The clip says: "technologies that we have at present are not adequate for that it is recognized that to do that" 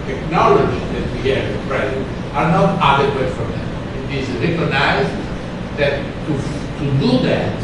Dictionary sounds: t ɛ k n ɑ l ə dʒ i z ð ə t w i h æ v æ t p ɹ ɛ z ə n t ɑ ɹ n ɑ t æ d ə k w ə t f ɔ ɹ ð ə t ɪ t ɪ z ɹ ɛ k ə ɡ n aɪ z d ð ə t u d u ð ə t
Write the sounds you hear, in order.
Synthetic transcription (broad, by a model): t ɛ k n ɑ l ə dʒ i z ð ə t w i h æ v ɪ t p ɹ ɛ z ə n t ɑ ɹ n ɑ t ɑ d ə k w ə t f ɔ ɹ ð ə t ɪ t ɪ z ɹ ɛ k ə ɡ n aɪ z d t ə t u d u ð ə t